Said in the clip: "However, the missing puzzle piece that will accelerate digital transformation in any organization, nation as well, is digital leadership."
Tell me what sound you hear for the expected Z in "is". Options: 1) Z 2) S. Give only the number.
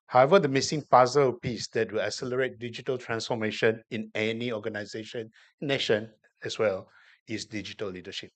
2